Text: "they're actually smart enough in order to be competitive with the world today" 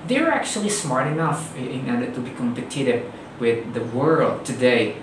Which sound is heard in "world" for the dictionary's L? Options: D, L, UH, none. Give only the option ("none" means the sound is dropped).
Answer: L